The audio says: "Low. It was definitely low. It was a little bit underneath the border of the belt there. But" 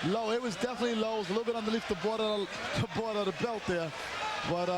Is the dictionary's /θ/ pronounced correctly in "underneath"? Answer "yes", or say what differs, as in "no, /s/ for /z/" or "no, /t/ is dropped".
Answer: no, /t/ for /θ/